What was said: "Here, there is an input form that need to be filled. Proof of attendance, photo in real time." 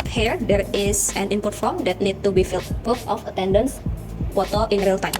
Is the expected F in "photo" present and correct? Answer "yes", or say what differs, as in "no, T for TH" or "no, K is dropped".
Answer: no, P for F